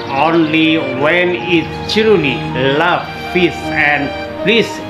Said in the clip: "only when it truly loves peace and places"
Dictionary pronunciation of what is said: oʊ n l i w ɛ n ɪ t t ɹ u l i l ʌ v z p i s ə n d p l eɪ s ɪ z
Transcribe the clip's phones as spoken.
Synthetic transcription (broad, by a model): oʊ n l i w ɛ n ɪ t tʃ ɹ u l i l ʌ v p i s ə n d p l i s